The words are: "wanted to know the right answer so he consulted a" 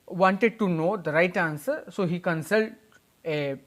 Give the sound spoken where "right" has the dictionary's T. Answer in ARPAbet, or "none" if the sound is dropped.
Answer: T